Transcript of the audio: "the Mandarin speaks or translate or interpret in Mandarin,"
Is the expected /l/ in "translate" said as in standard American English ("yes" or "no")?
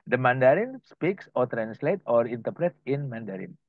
yes